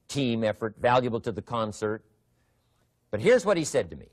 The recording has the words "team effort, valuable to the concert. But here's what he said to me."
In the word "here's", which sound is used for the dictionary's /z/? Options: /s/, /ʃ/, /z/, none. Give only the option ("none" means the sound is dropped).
/z/